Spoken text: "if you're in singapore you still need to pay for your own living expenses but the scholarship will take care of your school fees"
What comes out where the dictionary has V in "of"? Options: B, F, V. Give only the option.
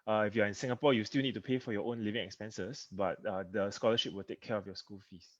F